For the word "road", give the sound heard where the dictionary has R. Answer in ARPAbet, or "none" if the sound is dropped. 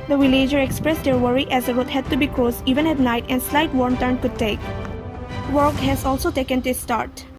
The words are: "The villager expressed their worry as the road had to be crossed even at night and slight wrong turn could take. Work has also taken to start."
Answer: W